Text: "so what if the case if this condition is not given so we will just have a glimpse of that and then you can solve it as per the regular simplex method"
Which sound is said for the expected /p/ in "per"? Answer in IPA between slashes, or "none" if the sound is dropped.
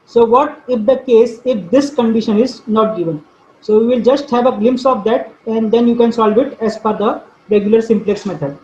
/f/